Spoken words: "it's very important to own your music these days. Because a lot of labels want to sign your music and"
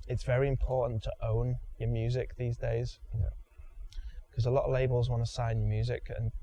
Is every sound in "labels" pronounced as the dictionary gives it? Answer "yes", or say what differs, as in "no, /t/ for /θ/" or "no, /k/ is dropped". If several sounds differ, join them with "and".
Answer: yes